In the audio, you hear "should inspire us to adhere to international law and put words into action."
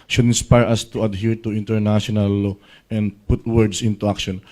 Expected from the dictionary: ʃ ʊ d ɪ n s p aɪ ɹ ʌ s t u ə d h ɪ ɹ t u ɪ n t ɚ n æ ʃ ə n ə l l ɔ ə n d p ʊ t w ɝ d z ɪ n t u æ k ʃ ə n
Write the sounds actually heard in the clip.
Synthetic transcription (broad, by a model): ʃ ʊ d ɪ n s p aɪ ɹ ʌ s t u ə d h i ɹ t u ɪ n t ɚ n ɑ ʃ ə n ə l l ɔ ə n d p ʊ t w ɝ d s ɪ n t u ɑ k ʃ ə n